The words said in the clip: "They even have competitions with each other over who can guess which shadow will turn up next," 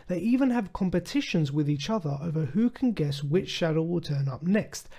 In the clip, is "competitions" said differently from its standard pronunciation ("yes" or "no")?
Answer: no